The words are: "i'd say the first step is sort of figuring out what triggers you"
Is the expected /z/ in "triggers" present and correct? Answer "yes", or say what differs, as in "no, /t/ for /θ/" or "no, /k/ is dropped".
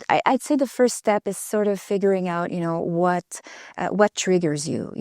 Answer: yes